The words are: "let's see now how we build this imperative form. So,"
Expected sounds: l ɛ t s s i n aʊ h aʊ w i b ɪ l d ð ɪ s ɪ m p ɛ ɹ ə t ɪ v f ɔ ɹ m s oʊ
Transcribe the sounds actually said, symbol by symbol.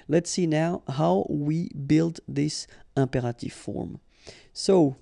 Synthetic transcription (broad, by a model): l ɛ t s s i n aʊ h aʊ w i b ɪ l d ð ɪ s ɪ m p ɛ ɹ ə t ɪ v f ɔ ɹ m s oʊ